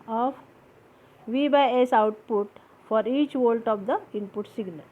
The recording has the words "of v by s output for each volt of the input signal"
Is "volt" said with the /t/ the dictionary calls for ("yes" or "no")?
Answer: yes